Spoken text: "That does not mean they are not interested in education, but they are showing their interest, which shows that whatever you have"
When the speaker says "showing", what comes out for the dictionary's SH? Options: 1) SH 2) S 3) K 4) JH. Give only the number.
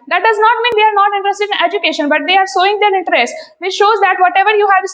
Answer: 2